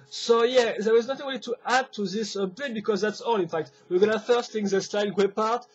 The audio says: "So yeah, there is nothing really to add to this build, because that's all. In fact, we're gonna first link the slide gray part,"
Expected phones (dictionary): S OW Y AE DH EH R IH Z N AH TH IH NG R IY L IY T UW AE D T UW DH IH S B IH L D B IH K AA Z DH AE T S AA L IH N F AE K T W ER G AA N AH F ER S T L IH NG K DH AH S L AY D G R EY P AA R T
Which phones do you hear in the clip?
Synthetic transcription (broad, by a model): S OW Y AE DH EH W IH Z N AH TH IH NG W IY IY T UW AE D T UW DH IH S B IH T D B IH K AA Z DH AE T S AA L IH N F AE K T W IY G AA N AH F ER S T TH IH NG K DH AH S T AY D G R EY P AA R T